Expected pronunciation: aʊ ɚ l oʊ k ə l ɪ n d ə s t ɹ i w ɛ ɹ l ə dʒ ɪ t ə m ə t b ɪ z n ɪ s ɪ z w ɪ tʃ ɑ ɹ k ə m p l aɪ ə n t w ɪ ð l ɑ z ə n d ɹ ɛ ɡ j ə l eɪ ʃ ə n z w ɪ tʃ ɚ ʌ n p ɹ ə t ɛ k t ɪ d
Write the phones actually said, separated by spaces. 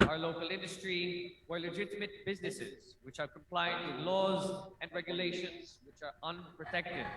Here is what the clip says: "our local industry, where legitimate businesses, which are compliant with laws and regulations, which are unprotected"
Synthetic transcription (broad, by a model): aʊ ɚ l oʊ k ə l ɪ n d ə s t ɹ i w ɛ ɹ l ə dʒ ɪ t ə m ə t b ɪ z n ɪ s ɪ z w ɪ tʃ ɑ ɹ k ə m p l aɪ ə n t w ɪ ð l ɑ z ə n d ɹ ɛ ɡ j ə l eɪ ʃ ə n z w ɪ tʃ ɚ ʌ n p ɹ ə t ɛ k t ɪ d